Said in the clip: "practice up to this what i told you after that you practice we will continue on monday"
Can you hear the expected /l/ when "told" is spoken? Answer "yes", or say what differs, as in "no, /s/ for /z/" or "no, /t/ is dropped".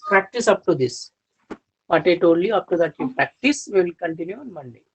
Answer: no, /l/ is dropped